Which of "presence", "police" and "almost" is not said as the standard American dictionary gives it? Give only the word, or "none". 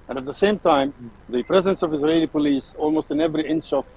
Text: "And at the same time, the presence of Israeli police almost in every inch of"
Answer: none